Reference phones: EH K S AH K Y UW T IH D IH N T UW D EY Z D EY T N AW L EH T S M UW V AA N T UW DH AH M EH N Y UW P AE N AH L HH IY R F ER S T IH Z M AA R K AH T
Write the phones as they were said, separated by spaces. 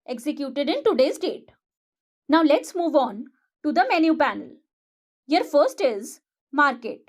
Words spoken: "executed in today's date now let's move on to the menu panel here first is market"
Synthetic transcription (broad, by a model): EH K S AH K Y UW T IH D IH N T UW D EY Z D EY T N AW L EH T S M UW V AA N T UW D AH M EH N Y UW P AE N AH L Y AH R F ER S T IH Z M AA R K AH T